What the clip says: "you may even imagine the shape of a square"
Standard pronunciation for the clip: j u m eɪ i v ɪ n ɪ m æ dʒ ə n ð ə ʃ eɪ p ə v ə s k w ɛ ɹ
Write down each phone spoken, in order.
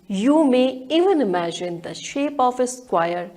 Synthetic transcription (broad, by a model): j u m eɪ i v ɪ n ɪ m æ dʒ ə n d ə ʃ eɪ p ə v ə s k w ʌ ɹ